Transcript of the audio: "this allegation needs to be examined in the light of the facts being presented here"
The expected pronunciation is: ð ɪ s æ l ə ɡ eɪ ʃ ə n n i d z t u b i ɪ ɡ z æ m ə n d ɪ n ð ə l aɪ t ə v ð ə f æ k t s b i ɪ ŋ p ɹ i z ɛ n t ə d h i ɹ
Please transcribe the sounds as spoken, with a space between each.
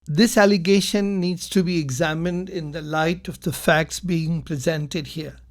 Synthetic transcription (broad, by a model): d ɪ s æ l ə ɡ eɪ ʃ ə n n i d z t u b i ɪ ɡ z æ m ə n d ɪ n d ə l aɪ t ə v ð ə f æ k t s b i ɪ ŋ p ɹ i z ɛ n t ə d h i ɹ